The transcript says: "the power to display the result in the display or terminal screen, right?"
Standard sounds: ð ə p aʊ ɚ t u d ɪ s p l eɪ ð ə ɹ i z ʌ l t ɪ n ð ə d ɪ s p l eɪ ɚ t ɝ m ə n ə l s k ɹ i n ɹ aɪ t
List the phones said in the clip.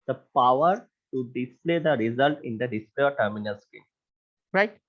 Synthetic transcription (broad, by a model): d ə p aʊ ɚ t u d ɪ s p l eɪ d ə ɹ i z ʌ l t ɪ n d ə d ɪ s p l eɪ ɚ t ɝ m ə n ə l s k i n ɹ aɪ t